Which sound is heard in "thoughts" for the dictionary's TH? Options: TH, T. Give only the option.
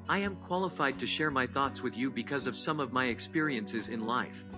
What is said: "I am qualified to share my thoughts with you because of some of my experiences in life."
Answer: TH